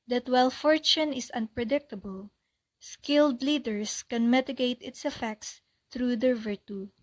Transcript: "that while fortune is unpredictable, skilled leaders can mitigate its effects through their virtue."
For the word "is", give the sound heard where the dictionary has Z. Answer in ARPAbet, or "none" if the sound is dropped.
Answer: S